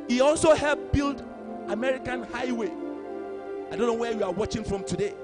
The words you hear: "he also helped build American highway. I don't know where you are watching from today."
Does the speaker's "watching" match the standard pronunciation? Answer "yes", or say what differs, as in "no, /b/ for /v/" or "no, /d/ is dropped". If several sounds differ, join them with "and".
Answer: yes